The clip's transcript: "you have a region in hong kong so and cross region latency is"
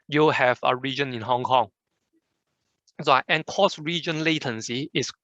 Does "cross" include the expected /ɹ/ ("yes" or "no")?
no